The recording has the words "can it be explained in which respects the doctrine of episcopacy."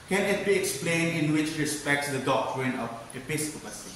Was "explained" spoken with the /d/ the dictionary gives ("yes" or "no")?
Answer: no